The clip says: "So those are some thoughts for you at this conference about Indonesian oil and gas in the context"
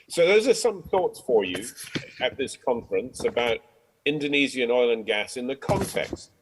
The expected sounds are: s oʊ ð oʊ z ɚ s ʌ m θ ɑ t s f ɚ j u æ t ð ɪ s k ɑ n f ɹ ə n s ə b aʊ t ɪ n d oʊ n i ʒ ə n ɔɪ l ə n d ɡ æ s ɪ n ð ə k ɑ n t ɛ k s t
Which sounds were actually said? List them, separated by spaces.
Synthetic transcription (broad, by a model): s oʊ ð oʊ z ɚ s ʌ m θ ɑ t s f ɚ j u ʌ t ð ɪ s k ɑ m f ɹ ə n s ə b aʊ t ɪ n d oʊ n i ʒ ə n ɔɪ l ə n ɡ æ s ɪ n ð ə k ɑ n t ɛ k s t